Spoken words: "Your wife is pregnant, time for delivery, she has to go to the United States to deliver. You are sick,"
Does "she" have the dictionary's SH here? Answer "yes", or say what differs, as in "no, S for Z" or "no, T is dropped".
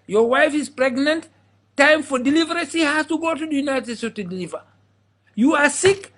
no, S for SH